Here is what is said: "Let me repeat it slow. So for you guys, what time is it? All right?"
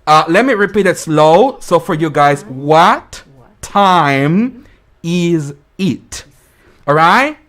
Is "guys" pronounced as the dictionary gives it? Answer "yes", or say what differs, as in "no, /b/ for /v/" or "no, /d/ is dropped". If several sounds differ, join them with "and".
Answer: yes